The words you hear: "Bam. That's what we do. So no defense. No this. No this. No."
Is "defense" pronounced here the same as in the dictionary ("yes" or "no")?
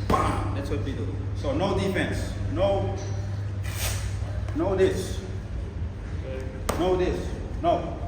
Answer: no